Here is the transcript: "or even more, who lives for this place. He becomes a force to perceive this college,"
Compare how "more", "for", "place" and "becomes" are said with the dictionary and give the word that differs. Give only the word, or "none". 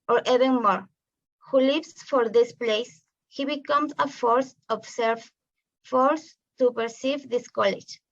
becomes